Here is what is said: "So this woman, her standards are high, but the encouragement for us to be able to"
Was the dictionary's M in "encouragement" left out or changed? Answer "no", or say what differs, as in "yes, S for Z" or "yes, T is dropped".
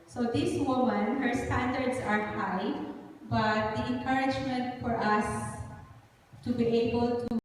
no